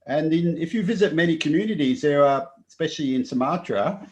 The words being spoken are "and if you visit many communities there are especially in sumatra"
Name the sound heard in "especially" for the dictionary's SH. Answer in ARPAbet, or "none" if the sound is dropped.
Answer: SH